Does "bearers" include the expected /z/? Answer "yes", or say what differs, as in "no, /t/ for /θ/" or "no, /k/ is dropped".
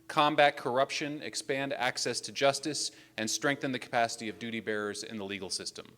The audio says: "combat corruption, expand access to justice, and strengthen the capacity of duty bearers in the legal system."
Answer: yes